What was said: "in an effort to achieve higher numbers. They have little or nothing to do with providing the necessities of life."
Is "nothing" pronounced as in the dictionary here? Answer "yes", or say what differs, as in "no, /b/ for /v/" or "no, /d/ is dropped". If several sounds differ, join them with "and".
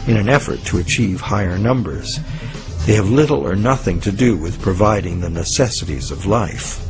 yes